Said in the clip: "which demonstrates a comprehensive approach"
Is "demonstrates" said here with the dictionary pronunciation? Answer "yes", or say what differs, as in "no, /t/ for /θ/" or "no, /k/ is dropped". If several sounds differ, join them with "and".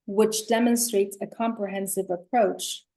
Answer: yes